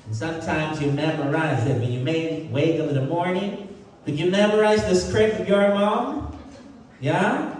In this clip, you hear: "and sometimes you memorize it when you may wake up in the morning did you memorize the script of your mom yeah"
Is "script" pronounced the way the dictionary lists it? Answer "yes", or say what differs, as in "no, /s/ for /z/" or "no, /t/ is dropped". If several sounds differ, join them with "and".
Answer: no, /t/ is dropped